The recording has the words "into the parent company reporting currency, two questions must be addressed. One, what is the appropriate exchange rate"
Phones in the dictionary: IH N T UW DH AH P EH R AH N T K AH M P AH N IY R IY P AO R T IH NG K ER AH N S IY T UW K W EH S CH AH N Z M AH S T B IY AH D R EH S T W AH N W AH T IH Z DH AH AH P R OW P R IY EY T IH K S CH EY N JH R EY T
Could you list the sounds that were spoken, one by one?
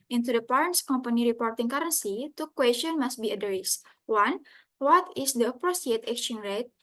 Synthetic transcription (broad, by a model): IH N T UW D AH P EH R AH N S K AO M P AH N IY R IY P AO R T IH NG K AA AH N S IY T UW K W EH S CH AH N M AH S T B IY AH D R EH S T W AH N W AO T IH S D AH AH P R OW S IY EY T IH K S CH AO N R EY T